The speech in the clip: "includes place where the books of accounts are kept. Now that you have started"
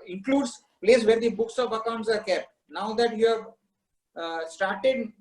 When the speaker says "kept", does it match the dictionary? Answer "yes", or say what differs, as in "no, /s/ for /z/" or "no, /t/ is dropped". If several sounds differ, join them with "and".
no, /p/ is dropped